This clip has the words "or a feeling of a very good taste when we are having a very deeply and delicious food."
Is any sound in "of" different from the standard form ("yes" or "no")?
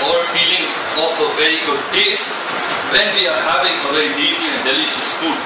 yes